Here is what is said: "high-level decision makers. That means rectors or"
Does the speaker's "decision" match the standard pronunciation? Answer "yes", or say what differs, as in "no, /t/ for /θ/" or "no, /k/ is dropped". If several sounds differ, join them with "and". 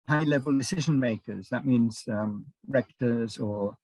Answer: yes